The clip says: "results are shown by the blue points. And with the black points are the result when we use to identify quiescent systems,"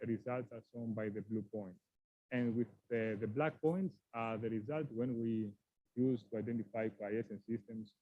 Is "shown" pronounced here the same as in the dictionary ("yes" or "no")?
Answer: no